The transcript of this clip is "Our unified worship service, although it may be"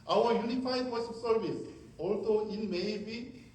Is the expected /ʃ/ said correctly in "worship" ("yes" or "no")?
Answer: no